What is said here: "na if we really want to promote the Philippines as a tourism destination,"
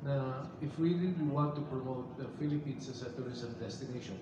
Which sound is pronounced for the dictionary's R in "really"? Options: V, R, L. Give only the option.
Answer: L